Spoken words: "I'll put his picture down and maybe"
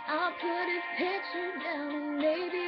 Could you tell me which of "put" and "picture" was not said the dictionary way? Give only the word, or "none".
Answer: picture